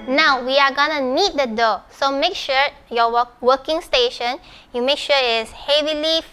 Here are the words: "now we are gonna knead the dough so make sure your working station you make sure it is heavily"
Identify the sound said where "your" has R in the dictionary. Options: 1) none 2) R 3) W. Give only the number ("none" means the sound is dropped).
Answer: 3